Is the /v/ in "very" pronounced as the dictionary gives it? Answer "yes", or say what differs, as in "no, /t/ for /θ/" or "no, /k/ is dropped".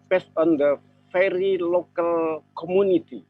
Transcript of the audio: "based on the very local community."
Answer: no, /f/ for /v/